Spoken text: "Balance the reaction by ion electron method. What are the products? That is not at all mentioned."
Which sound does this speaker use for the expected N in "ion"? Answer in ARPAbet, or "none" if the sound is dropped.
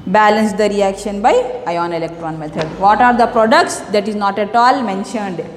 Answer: N